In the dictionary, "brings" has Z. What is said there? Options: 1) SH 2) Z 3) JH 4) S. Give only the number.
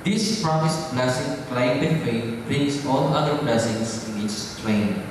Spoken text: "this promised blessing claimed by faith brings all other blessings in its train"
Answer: 4